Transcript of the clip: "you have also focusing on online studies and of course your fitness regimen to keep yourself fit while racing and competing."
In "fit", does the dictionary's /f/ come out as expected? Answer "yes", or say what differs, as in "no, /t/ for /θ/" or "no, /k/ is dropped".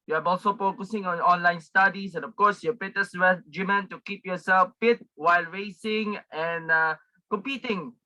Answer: no, /p/ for /f/